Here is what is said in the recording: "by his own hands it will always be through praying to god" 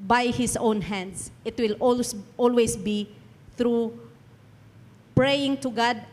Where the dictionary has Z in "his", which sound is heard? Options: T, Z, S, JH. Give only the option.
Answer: S